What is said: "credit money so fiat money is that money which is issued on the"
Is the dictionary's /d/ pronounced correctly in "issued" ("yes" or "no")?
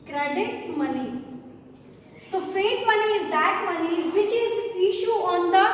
no